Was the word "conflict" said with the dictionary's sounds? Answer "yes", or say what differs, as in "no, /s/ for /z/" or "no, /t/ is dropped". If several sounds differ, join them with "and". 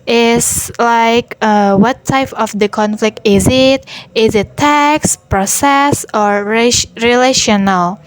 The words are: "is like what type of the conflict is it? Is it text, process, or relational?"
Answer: yes